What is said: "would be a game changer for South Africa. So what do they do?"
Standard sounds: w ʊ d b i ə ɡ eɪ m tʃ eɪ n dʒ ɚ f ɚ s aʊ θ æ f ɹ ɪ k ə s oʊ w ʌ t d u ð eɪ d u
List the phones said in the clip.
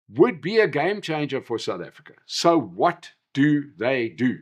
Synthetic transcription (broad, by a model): w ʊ d b i ə ɡ eɪ m tʃ eɪ n dʒ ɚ f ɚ s aʊ θ æ f ɹ ɪ k ə s oʊ w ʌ t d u ð eɪ d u